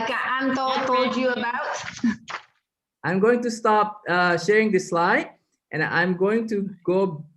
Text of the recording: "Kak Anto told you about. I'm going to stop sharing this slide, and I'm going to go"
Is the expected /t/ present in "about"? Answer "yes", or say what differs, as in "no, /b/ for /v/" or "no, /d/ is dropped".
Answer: yes